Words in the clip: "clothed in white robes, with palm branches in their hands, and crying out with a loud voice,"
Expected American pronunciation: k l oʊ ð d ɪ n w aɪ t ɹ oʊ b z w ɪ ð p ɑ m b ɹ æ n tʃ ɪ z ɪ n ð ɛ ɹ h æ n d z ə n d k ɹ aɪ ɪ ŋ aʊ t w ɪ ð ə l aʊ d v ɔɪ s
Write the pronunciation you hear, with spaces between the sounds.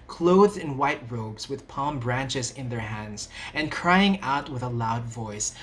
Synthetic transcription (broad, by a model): k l oʊ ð d ɪ n w aɪ t ɹ oʊ b z w ɪ ð p ɑ m b ɹ æ n tʃ ɪ z ɪ n ð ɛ ɹ h æ n d z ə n k ɹ aɪ ɪ ŋ aʊ t w ɪ ð ə l aʊ d v ɔɪ s